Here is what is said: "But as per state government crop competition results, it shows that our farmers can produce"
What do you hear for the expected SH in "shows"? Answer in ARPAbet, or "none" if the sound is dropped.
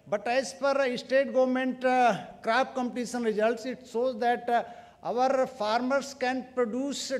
S